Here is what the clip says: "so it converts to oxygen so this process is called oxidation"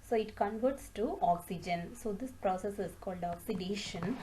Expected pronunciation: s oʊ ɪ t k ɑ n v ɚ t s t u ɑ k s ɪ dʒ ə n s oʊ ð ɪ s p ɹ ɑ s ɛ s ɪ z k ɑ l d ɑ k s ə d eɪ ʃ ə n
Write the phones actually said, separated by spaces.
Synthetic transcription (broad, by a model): s oʊ ɪ t k ɑ n v ɚ t s t u ɑ k s ɪ dʒ ə n s oʊ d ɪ s p ɹ ɑ s ɛ s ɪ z k ɑ l d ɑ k s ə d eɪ ʃ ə n